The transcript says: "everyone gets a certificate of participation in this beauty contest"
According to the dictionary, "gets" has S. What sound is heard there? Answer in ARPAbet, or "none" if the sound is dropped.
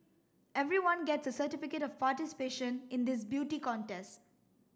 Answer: S